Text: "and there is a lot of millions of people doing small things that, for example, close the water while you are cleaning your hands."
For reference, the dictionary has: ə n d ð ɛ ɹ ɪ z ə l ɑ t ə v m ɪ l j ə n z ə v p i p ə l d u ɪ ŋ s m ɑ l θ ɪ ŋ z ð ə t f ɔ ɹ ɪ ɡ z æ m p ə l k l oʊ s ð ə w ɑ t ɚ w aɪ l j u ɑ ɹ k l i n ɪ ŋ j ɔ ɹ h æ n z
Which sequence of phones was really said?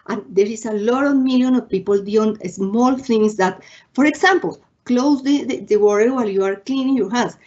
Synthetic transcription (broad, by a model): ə n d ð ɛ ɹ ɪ s ə l ɑ t ə v m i l j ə n ə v p i p ə l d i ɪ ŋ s m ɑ l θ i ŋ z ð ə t f ɔ ɹ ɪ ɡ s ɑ m p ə l k l oʊ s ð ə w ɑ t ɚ w aɪ l j u ɑ ɹ k l i n ɪ ŋ j ɔ ɹ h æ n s